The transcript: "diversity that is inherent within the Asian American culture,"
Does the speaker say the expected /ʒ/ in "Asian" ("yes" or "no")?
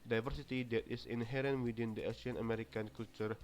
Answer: no